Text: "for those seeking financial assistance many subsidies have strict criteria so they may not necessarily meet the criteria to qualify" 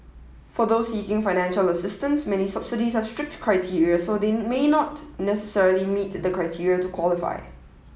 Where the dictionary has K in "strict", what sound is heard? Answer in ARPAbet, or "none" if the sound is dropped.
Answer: K